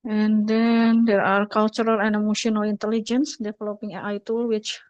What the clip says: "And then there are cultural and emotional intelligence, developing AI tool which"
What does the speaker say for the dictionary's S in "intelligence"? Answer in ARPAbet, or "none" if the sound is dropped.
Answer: S